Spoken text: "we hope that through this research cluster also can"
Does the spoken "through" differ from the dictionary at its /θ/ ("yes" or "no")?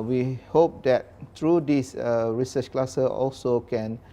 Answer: yes